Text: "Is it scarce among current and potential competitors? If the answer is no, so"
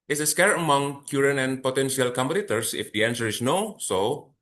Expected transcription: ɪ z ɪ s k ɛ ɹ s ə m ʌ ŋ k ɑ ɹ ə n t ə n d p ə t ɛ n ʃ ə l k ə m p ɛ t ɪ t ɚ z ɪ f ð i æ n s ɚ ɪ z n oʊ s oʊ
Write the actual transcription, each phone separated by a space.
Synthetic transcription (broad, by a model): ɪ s ɪ s k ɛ ɹ ə m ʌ ŋ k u ɹ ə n ə n p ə t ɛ n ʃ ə l k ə m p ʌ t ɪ t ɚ s ɪ f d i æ n s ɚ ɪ s n oʊ s oʊ